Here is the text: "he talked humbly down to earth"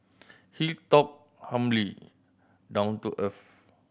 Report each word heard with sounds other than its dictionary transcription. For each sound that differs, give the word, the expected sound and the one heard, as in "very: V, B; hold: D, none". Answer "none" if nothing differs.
humbly: B, none; earth: TH, F